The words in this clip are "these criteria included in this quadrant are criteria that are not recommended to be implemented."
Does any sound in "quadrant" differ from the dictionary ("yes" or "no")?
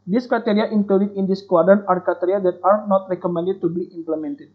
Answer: yes